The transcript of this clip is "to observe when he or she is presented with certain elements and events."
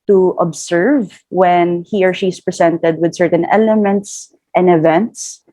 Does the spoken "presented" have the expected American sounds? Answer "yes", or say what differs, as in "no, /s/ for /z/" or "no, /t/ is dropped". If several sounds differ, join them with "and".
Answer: no, /s/ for /z/